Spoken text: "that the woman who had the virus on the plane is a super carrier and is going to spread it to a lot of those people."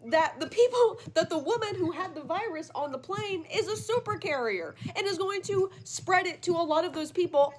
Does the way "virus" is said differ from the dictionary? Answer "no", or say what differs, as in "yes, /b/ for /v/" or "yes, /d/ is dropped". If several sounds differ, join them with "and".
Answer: no